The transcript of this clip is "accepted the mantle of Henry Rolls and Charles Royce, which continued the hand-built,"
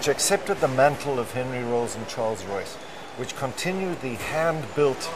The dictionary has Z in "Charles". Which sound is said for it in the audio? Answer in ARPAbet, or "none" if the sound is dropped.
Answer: Z